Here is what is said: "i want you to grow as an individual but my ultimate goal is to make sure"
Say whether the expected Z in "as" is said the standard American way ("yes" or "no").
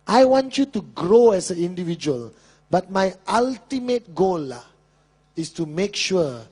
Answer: no